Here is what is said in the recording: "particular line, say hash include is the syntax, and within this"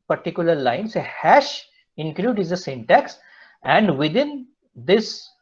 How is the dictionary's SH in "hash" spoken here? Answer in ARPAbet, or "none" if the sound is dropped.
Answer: SH